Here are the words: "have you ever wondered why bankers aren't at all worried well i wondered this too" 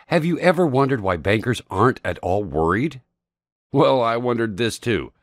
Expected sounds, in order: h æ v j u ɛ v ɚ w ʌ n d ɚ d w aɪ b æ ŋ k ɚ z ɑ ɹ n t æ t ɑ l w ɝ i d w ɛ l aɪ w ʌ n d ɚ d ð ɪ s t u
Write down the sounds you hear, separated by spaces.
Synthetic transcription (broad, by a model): h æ v j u ɛ v ɚ w ʌ n d ɚ d w aɪ b æ ŋ k ɚ z ɑ ɹ n t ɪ t ɑ l w ɝ i d w ɛ l aɪ w ʌ n d ɚ d ð ɪ s t u